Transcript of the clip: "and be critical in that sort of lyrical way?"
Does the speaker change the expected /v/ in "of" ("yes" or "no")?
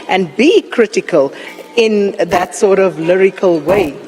no